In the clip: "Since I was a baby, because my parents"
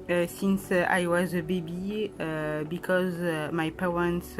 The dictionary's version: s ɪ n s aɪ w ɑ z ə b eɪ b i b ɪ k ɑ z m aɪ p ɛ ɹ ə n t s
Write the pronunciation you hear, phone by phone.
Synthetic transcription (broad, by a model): s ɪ n s aɪ w ɑ z ə b eɪ b i b ɪ k ɑ z m aɪ p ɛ ɹ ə n t s